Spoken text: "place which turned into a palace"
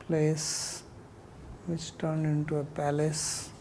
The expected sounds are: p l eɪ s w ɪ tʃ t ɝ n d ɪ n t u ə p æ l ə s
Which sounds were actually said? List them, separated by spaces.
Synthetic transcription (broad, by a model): p l eɪ s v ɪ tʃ t ɝ n d ɪ n t u ə p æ l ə s